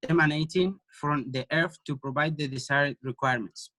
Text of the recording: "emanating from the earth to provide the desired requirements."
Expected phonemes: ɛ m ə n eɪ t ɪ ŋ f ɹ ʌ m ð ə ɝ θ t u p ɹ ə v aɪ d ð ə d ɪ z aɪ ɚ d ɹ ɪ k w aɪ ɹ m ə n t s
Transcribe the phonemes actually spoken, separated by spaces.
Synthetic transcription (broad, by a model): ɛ m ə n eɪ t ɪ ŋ f ɹ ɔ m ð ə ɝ f t u p ɹ ə v aɪ d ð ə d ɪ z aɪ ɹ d ɹ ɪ k w aɪ ɹ m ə n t s